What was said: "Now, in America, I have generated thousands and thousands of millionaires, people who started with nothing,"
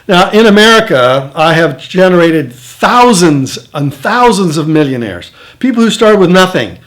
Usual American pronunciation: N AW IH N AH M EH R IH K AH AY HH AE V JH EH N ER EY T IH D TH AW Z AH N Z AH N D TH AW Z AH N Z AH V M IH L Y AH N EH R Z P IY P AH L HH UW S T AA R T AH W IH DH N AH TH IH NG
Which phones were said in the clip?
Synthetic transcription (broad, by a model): N AW IH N AH M EH R IH K AH AY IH V JH EH N ER EY T IH D TH AW Z AH N Z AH N TH AW Z AH N Z AH V M IH L Y AH N EH R Z P IY P L HH UW S T AA R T W IH DH N AH TH IH NG